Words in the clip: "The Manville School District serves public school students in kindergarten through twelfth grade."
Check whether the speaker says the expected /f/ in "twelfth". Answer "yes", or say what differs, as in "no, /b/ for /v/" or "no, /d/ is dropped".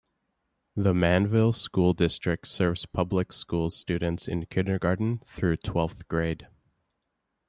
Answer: yes